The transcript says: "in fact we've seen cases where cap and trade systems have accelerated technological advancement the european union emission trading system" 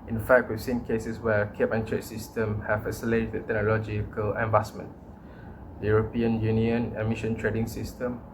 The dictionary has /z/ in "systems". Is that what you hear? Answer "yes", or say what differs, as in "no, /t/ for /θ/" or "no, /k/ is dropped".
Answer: no, /z/ is dropped